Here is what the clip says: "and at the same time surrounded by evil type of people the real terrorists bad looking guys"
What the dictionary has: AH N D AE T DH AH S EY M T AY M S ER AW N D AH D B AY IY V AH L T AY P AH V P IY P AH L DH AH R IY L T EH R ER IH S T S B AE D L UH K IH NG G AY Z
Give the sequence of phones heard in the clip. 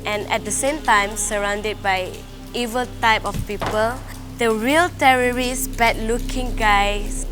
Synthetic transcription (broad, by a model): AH N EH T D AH S EY M T AY M S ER AW N D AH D B AY IY V AH L T AY P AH F P IY P AH L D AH R IY L T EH R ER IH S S B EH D L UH K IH NG G AY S